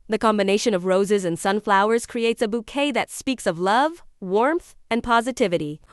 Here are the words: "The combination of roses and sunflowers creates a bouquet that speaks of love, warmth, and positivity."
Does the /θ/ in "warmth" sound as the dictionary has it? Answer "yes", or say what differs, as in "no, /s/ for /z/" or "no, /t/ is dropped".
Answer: yes